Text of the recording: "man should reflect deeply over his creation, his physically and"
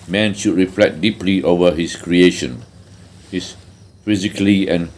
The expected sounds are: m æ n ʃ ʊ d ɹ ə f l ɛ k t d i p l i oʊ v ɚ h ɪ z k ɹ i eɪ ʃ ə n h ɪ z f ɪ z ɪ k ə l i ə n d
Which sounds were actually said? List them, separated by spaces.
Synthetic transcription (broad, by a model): m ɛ n ʃ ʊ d ɹ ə f l ɛ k d i p l i oʊ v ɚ h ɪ s k ɹ i eɪ ʃ ə n h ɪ s f ɪ z ɪ k ə l i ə n